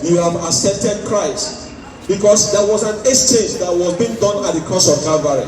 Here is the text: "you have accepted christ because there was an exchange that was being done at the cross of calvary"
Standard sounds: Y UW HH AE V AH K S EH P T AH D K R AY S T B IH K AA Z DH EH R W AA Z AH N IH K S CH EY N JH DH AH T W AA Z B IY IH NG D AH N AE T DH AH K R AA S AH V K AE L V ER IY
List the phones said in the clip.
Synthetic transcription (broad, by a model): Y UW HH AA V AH S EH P T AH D K R AY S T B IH K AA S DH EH W AA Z AH N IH S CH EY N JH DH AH T W AA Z B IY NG D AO N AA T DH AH K AA S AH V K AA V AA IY